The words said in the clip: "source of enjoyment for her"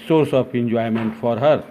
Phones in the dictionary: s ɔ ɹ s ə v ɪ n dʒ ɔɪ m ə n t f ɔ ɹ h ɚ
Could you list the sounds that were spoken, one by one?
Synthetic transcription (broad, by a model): s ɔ ɹ s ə p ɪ n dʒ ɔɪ m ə n t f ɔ ɹ h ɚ